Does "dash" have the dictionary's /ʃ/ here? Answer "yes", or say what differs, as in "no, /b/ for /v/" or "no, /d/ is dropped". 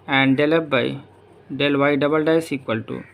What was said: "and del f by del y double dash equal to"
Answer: no, /s/ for /ʃ/